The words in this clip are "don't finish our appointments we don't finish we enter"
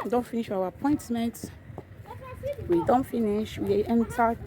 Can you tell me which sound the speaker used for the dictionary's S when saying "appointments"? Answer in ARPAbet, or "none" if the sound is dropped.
none